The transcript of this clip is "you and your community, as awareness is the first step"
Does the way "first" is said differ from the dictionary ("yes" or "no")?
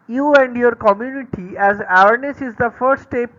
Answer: yes